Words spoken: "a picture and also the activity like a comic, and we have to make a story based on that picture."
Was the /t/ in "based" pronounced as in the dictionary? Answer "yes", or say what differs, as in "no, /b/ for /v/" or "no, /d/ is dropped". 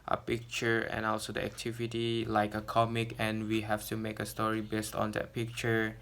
yes